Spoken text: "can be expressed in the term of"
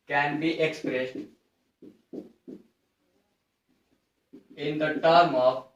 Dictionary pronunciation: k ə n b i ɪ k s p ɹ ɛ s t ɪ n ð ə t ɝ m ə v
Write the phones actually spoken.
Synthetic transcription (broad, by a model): k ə n b i ɪ k s p ɹ ɛ s t ɪ n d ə t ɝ m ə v